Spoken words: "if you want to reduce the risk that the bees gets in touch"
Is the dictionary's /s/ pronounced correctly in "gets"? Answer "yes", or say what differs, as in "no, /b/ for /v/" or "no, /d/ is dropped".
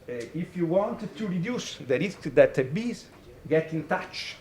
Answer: no, /s/ is dropped